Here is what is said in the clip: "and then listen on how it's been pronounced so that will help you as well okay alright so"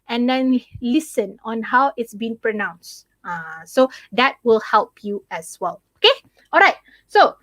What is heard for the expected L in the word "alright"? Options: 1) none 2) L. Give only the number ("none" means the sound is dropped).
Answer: 2